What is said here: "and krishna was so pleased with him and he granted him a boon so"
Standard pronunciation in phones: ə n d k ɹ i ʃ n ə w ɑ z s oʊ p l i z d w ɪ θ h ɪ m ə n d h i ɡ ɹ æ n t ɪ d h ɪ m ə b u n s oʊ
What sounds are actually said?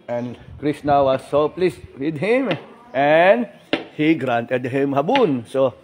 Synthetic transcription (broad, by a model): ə n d k ɹ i s n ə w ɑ s oʊ p l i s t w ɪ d h ɪ m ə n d h i ɡ ɹ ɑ n t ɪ d h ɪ m ə b u n s oʊ